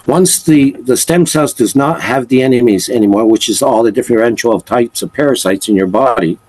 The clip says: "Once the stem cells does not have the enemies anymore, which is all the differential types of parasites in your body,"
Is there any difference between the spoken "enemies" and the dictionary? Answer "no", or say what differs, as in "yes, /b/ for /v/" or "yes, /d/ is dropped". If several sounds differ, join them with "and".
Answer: no